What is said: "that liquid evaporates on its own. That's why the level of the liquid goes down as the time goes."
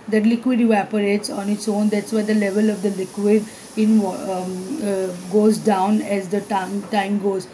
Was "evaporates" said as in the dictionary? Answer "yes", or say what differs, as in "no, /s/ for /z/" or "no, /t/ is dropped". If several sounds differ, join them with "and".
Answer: yes